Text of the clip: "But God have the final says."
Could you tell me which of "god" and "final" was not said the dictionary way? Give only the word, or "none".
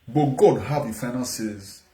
final